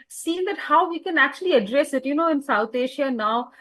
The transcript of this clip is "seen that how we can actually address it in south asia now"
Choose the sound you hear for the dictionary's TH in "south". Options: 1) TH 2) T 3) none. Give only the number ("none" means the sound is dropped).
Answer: 2